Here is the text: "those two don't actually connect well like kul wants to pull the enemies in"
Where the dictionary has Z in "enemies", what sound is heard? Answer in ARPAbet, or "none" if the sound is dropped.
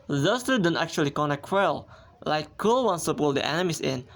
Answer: S